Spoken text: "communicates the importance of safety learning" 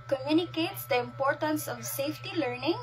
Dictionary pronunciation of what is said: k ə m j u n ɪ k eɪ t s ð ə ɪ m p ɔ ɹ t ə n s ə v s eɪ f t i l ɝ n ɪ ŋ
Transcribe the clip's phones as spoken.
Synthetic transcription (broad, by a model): k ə m j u n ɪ k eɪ t s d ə ɪ m p ɔ ɹ t ə n s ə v s eɪ f t i l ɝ n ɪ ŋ